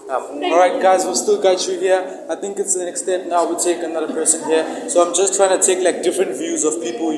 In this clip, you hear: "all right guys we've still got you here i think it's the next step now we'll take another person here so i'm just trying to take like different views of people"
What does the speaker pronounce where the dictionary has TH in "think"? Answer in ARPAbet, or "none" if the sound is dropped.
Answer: T